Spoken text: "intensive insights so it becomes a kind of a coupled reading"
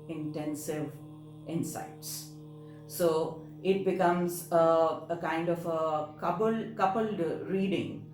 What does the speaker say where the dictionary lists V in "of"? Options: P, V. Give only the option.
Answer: P